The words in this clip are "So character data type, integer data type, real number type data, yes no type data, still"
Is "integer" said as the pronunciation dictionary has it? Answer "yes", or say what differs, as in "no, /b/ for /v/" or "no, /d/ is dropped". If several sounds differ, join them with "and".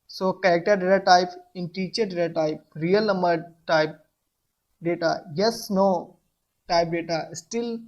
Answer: no, /tʃ/ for /dʒ/